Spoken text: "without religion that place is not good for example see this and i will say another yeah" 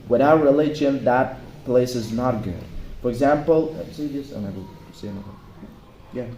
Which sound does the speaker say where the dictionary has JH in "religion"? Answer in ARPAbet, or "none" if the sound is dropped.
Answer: SH